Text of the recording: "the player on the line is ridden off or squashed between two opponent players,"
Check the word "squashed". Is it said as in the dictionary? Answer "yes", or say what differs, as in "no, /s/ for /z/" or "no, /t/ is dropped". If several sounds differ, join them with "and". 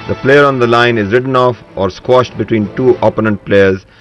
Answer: yes